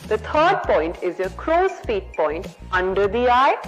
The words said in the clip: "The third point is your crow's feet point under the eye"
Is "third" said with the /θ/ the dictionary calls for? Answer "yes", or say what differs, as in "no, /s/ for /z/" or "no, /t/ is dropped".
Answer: no, /t/ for /θ/